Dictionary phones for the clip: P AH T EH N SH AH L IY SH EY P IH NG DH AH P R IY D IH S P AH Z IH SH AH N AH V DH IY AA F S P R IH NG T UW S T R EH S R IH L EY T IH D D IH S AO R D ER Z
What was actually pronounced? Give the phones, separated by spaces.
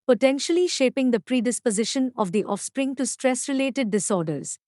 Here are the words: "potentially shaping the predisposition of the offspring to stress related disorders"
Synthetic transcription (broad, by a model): P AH T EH N SH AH L IY SH EY P IH NG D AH P R IY D IH S P AH Z IH SH AH N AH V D IY AA F S P R IH NG T UW S T R EH S R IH L EY T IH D D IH S AO R D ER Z